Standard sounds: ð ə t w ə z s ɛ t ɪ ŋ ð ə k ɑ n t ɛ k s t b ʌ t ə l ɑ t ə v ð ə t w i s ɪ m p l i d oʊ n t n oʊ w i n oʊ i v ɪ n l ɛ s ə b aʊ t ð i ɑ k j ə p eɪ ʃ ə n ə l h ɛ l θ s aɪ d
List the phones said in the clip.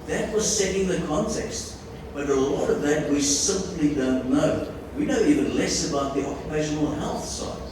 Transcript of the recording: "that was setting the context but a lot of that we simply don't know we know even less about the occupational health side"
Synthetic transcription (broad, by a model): ð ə t w ə z s ɛ t ɪ ŋ ð ə k ɑ n t ɛ k s t b ʌ t ə l ɑ t ə v ð ə t w i s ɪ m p l i d oʊ n t n oʊ w i n oʊ i v ɪ n l ɛ s ə b aʊ t ð i ɑ k j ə p eɪ ʃ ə n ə l h ɛ l θ s aɪ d